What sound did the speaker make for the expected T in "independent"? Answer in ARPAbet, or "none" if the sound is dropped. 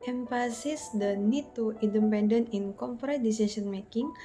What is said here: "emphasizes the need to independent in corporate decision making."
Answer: none